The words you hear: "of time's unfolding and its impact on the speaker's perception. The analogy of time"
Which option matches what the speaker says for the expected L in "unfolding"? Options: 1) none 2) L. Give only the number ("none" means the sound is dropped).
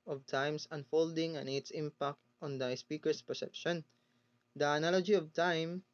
2